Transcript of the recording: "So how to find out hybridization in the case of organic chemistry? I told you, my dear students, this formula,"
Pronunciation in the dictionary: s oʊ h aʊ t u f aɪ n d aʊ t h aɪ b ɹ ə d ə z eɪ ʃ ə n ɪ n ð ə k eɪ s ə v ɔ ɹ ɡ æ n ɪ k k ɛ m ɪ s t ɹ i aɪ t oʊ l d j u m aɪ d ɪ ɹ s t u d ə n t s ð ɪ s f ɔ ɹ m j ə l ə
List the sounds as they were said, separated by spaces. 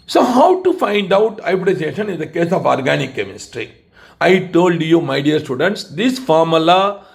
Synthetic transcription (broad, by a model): s oʊ h aʊ t u f aɪ n d aʊ t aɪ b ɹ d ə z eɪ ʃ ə n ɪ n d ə k eɪ s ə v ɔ ɹ ɡ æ n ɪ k k ɛ m ɪ s t ɹ i aɪ t oʊ l d j u m aɪ d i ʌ s t u d ə n t s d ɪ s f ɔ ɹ m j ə l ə